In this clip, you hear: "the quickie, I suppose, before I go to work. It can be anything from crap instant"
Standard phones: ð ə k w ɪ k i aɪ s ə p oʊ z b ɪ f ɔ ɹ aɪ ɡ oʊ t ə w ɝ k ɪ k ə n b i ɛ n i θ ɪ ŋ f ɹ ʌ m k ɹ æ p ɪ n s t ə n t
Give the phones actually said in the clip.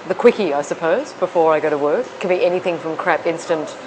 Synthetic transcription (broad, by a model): ð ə k w ɪ k i aɪ s ə p oʊ z b ɪ f ɔ ɹ aɪ ɡ oʊ t ə w ɝ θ k ə n b i ɛ n i θ ɪ ŋ f ɹ ʌ m k ɹ æ p ɪ n s t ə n t